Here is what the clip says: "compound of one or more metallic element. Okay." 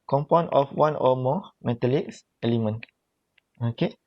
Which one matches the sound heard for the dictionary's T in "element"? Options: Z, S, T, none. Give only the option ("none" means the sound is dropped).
none